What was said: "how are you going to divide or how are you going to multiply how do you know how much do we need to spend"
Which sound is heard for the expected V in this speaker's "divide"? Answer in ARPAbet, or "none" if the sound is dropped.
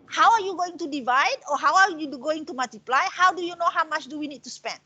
V